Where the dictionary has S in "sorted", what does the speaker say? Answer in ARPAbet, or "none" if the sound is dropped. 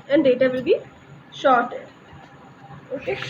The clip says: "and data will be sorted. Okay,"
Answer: SH